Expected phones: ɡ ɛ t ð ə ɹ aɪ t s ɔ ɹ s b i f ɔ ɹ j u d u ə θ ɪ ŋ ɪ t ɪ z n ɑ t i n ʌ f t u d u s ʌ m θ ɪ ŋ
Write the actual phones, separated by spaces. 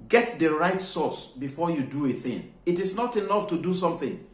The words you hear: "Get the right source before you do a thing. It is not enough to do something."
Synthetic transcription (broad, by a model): ɡ ɛ t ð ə ɹ aɪ t s ɔ s b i f ɔ j u d u ə θ ɪ ŋ ɪ t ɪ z n ɑ t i n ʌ f t u d u s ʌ m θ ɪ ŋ